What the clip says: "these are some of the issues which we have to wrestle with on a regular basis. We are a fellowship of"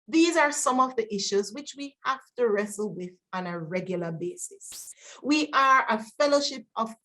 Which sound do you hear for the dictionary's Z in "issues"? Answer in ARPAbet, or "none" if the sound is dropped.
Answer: Z